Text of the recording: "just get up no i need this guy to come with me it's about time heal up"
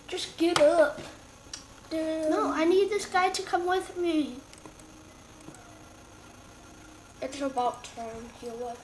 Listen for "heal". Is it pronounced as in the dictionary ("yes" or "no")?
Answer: no